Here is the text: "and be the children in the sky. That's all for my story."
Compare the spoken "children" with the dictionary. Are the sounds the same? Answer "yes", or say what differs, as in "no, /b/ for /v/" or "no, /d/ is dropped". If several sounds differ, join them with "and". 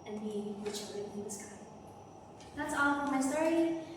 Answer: no, /n/ is dropped